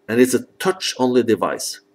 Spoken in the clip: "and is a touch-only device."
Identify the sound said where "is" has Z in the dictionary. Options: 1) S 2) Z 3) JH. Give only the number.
1